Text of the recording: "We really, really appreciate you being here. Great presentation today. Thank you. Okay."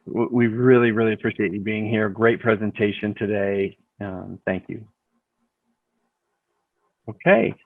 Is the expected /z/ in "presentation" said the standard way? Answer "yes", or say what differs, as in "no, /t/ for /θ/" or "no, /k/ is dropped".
yes